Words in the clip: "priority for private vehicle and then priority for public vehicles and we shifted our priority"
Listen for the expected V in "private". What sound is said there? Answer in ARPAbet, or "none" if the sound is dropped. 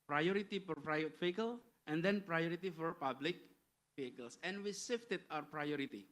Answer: none